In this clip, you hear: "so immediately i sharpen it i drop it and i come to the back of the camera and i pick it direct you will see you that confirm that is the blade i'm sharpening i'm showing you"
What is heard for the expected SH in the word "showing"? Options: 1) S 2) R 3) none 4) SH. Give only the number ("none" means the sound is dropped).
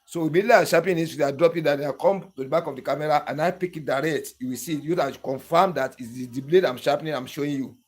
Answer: 4